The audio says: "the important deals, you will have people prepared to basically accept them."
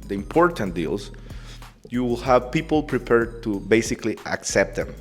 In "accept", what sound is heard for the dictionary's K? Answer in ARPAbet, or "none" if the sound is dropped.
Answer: K